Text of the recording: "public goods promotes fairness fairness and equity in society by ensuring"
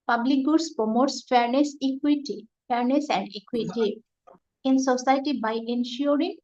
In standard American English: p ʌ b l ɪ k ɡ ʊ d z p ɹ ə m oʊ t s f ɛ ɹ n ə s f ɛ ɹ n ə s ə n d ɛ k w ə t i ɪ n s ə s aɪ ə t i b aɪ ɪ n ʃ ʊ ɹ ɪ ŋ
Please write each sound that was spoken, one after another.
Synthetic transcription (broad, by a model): p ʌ b l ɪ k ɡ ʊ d s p ə m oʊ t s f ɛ ɹ n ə s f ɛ ɹ n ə s ə n d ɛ k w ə t i ɪ n s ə s aɪ t i b aɪ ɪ n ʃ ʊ ɹ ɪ ŋ